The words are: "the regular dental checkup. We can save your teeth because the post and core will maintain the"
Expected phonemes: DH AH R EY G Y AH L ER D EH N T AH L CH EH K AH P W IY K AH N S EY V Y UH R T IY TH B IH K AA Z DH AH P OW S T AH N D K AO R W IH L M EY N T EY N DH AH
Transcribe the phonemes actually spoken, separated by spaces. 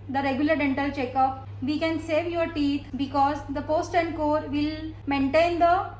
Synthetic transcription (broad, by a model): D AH R EY G Y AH L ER D EH N T AH L CH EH K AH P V IY K AH N S EY V Y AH R T IY T B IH K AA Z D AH P OW S T AH N D K AO R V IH L M EY N T EY N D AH